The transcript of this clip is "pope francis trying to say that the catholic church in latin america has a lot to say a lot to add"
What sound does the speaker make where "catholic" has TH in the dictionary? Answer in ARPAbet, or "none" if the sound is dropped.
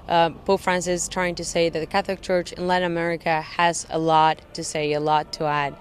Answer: TH